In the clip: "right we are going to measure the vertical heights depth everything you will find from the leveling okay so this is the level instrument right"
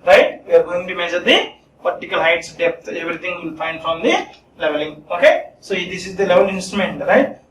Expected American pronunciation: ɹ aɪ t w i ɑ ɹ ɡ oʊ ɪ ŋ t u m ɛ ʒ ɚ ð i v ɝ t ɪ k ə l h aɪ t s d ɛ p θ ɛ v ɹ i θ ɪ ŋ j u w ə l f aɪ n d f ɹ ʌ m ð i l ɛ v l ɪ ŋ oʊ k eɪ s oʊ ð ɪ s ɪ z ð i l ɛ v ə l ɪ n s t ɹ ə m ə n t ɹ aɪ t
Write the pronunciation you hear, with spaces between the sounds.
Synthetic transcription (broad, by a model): ɹ aɪ t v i ɑ ɹ ɡ oʊ ɪ ŋ t u m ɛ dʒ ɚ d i p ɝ t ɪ k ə l h aɪ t s d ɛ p t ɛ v ɹ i t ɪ ŋ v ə l f aɪ n d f ɹ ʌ m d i l ɛ v l ɪ ŋ oʊ k eɪ s oʊ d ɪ s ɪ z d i l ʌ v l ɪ n s t ɹ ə m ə n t ɹ aɪ t